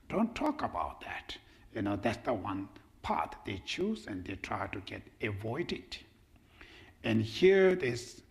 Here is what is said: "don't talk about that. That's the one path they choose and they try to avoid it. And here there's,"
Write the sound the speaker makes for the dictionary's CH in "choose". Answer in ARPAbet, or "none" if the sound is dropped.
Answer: CH